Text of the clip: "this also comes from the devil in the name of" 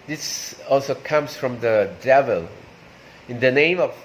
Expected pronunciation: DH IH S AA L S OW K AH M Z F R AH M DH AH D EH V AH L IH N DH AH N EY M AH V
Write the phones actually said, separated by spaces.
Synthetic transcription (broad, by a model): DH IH S AA L S OW K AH M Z F R AH M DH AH D EH V AH L IH N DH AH N EY M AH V